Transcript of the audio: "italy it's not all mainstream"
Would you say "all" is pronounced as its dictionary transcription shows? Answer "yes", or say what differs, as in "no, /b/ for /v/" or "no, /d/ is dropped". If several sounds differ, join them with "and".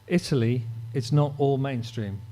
yes